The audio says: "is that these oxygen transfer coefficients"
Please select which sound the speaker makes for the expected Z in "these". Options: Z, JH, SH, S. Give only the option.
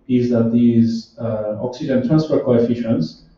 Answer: Z